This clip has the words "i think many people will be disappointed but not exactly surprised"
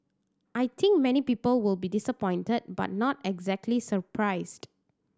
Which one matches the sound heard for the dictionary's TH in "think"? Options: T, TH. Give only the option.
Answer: T